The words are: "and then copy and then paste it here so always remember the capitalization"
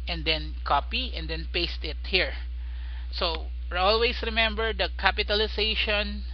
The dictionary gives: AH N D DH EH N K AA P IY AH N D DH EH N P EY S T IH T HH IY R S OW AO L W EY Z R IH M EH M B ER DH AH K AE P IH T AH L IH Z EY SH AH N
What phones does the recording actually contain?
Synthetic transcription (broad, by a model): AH N D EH N K AA P IY AH N D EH N P EY S T IH T HH IY R S OW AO L W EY S R IH M EH M B ER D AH K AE P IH T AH L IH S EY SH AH N